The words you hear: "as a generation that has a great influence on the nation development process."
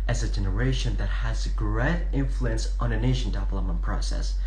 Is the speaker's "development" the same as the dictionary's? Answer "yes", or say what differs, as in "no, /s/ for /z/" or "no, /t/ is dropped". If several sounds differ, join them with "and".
no, /p/ is dropped